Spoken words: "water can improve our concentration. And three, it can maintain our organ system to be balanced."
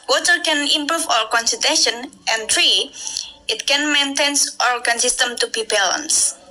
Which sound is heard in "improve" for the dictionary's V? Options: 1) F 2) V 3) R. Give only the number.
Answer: 1